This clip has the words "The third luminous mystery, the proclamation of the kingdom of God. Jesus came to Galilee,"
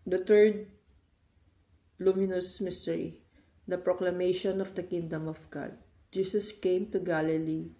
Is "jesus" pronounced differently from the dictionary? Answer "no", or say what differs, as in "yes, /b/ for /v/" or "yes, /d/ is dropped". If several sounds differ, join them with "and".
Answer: yes, /s/ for /z/